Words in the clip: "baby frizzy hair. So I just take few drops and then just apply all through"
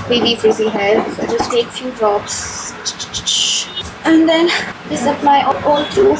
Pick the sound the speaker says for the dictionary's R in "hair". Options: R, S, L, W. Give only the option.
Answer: L